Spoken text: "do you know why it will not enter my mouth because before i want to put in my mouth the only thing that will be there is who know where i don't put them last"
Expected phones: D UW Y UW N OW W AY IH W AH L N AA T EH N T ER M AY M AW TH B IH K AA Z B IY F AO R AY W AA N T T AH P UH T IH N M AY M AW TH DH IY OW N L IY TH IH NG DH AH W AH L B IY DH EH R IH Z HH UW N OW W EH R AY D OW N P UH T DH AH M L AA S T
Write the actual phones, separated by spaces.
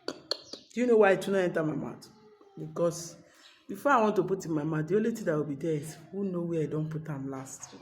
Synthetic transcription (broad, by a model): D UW Y UW N OW W AY IH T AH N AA EH N T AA M AY M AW T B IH K AA S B IY F AO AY W AA N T T AH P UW T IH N M AY M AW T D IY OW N L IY T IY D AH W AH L B IY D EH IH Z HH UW N OW W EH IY D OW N P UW T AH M L AA S T